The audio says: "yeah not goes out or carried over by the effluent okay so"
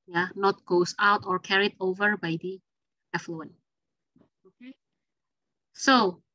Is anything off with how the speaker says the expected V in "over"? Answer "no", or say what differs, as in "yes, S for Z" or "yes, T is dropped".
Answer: no